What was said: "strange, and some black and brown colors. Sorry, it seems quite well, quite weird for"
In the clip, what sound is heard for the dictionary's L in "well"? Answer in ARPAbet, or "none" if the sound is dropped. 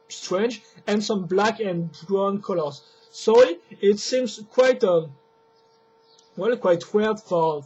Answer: L